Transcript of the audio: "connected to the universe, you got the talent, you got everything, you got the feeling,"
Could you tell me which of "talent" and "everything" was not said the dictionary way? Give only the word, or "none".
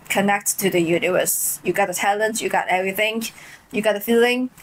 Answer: none